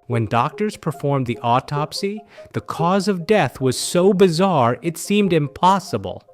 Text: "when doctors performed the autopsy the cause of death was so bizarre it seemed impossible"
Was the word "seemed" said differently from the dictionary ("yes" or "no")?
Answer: no